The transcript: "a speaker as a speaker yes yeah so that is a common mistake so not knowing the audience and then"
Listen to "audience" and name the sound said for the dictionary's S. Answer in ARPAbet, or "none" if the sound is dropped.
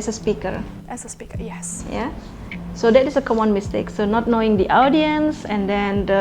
S